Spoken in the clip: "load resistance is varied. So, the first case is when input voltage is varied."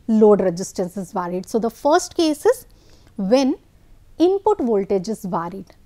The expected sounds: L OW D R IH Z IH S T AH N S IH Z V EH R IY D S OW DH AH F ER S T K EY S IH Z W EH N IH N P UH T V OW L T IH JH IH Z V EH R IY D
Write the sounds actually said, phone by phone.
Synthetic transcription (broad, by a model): L OW D R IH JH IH S T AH N S IH Z V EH R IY D S OW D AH F ER S T K EY S IH Z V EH N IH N P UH T V OW L T IH JH IH Z V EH R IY D